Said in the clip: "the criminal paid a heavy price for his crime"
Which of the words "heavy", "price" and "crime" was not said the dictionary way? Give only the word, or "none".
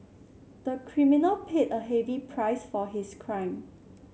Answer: none